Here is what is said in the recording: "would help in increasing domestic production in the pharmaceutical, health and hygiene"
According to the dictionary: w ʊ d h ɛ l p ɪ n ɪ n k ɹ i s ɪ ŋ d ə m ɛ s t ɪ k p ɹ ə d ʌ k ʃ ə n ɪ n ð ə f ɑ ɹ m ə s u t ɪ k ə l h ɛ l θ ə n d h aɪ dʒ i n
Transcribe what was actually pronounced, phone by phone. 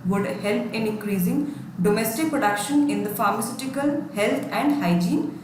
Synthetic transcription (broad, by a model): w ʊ d h ɛ l p ɪ n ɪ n k ɹ i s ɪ ŋ d ə m ɛ s t ɪ k p ɹ ə d ʌ k ʃ ə n ɪ n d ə f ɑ ɹ m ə s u t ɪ k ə l h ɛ l t ə n d h aɪ dʒ i n